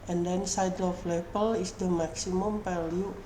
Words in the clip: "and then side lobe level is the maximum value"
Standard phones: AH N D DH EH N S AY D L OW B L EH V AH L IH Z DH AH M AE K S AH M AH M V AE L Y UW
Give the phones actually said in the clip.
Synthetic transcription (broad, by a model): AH N D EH N S AY D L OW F L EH B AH L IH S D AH M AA K S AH M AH M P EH L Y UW